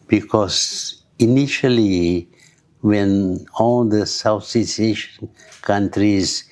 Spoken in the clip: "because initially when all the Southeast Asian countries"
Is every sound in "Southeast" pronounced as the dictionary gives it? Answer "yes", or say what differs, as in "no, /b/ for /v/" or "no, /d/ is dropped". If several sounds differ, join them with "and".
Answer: no, /s/ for /θ/ and /t/ is dropped